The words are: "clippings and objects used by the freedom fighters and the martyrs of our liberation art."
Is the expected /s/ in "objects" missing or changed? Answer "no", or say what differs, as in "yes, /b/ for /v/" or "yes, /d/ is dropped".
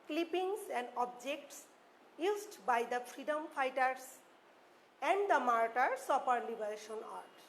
no